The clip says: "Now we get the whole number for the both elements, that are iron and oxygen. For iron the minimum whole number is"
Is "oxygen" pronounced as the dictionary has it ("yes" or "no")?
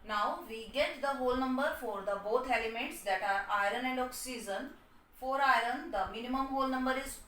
no